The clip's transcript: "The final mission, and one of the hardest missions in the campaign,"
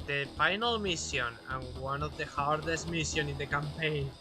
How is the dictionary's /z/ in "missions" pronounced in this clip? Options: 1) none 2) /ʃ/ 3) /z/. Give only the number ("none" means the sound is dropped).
1